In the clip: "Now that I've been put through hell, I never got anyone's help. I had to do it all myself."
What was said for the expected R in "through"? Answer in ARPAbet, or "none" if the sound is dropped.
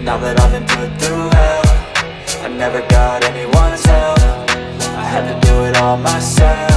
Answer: none